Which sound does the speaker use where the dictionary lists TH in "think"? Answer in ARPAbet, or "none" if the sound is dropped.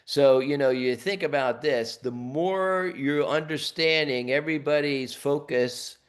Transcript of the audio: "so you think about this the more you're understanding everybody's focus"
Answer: TH